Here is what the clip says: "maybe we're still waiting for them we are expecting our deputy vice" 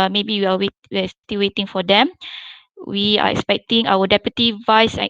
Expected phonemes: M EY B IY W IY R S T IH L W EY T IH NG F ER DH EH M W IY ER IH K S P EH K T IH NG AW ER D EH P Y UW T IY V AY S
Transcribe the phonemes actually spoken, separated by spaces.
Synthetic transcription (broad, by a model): M EY B IY W IY W S T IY L W EY T IH NG F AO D EH M W IY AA IH K S P EH K T IH NG AW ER D EH P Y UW T IY V AY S